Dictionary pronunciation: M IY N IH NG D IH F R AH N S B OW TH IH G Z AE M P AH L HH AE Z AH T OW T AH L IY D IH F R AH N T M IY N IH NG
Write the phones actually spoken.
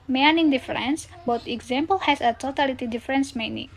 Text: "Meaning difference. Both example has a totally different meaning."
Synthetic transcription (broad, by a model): M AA N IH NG D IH F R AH N S B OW T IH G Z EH M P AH L HH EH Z AH T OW T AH L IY D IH F R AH N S M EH N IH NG